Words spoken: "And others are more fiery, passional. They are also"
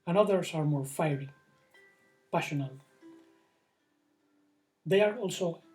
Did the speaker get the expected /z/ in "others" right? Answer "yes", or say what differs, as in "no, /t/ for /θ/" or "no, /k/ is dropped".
no, /s/ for /z/